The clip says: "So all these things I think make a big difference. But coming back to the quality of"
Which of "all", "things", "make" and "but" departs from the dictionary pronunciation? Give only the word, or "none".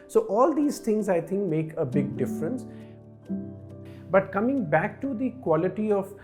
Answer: things